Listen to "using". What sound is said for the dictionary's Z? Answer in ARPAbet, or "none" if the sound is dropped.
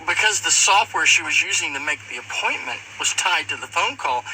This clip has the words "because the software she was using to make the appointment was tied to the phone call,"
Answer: Z